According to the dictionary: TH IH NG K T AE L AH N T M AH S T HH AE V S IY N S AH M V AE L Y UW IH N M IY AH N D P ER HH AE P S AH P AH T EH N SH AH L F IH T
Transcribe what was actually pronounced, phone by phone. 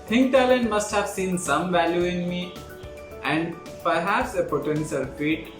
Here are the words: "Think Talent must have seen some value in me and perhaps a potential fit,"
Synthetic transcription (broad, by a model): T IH NG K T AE L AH N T M AH S T HH AE V S IY N S AH M V AE L Y UW IH N M IY AH N D P ER HH AE P S AH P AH T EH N S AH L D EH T